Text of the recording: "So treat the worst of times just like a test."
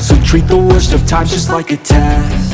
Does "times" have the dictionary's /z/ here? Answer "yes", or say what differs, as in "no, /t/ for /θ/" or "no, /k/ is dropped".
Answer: no, /z/ is dropped